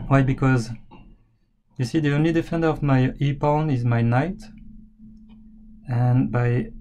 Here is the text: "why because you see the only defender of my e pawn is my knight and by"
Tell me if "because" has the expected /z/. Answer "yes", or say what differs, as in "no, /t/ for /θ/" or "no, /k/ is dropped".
yes